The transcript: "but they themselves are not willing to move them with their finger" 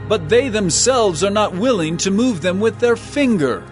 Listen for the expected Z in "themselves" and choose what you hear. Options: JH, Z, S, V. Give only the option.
Z